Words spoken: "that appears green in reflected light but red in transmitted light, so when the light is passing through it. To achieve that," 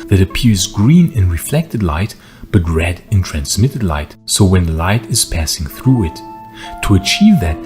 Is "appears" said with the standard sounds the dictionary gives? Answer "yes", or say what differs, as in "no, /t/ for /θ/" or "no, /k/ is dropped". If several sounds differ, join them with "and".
yes